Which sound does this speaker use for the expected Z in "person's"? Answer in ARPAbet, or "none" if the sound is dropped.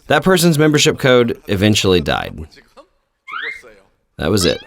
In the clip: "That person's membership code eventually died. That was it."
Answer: Z